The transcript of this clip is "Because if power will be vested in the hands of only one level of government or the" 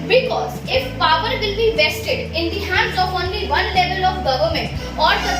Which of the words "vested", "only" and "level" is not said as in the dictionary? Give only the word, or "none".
none